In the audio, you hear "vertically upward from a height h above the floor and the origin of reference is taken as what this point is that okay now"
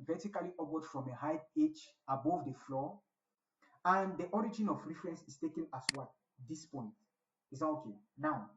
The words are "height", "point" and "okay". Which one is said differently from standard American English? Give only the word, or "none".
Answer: height